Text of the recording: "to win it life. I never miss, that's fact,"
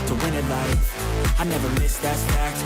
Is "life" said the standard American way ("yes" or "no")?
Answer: no